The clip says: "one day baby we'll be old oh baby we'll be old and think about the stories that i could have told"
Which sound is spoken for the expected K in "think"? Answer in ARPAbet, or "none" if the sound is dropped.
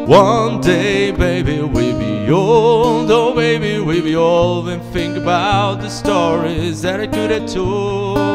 K